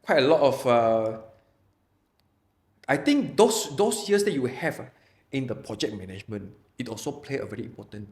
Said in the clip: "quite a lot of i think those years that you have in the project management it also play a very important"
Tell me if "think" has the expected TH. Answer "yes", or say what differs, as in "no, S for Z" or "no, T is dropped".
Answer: no, T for TH